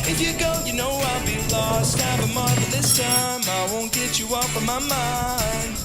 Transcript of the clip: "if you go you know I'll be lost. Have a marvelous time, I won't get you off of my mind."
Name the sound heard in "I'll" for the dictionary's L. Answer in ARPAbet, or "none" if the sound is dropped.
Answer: L